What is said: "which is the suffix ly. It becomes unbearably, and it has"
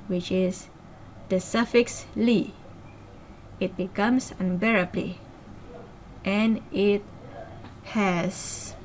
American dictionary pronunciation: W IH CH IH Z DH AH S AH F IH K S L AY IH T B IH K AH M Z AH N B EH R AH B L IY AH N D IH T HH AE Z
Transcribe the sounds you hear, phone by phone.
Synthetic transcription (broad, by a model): W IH CH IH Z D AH S AH F IH K S L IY IH T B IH K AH M S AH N B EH R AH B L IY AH N IH T HH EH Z